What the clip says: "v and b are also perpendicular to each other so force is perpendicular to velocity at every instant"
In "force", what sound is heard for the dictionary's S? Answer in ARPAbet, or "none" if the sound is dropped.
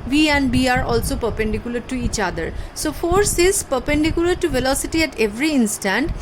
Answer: S